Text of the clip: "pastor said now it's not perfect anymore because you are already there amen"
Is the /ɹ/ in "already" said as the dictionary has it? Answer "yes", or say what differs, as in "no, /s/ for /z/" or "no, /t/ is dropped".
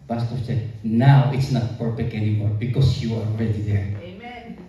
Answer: yes